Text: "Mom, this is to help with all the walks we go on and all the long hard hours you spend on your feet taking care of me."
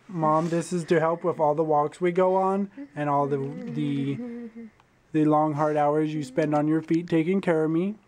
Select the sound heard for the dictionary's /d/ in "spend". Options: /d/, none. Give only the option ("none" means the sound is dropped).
/d/